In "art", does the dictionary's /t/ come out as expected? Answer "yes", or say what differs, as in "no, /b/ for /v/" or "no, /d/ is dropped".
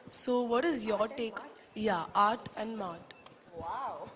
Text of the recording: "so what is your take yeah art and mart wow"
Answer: yes